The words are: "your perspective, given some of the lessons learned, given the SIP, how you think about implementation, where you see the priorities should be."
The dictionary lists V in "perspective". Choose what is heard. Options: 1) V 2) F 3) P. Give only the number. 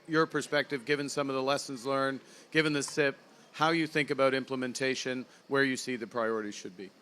1